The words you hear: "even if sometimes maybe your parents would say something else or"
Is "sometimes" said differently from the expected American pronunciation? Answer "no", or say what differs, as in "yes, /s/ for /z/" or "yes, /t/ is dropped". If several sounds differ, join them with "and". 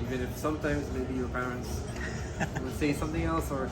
no